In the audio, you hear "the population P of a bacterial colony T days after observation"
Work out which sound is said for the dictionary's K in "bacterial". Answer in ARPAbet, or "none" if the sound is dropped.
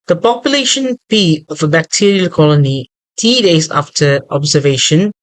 K